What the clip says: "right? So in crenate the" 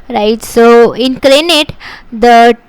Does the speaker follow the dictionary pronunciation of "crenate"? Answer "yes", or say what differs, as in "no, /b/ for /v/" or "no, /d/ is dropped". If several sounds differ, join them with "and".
no, /l/ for /ɹ/